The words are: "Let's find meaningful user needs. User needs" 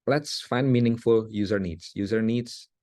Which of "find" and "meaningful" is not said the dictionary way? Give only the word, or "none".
none